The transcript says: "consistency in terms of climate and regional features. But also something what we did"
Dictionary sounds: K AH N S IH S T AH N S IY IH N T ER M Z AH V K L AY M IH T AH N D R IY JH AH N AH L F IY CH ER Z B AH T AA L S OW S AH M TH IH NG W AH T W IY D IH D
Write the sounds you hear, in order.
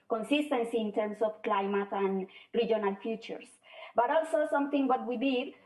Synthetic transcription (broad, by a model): K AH N S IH S T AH N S IY N T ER M S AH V K L AY M IH T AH N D R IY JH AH N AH L F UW CH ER S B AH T AA L S OW S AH M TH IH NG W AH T W IY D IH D